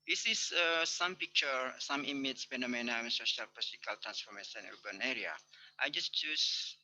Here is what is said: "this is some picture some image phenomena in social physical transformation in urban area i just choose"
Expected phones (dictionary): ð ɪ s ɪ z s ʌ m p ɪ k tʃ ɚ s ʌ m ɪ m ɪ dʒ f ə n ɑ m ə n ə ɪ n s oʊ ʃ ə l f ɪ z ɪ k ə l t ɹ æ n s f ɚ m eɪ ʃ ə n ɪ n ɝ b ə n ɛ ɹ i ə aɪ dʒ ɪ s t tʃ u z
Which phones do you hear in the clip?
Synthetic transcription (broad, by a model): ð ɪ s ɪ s s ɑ m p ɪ k tʃ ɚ s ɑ m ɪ m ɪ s f ə n ɑ m ə n ə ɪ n s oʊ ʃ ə l p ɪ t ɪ k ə l t ɹ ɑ n s f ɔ m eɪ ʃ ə n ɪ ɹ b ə n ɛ ɹ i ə aɪ dʒ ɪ s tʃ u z